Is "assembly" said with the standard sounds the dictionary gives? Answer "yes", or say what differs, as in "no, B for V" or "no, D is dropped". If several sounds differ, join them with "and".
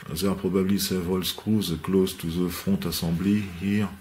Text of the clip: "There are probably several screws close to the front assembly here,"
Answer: no, M is dropped